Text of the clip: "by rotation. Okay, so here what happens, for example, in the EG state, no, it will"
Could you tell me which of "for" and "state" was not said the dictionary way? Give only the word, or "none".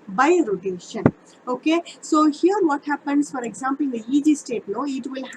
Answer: none